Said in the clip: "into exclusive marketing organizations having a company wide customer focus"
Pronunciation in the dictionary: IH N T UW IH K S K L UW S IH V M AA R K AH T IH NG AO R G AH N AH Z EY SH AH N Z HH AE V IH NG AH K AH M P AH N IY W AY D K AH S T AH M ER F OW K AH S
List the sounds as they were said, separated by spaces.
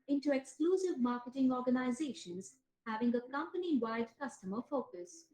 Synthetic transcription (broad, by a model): IH N T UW IH K S K L UW S IH V M AA R K AH T IH NG AO R G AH N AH Z EY SH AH N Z HH AE V IH NG AH K AH M P AH N IY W AY D K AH S T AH M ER F OW K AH S